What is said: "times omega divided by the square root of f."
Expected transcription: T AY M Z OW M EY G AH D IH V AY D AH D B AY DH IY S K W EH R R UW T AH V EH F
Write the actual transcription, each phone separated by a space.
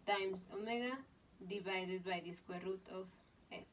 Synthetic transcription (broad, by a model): T AY M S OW M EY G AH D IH B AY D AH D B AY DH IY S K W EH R R UW T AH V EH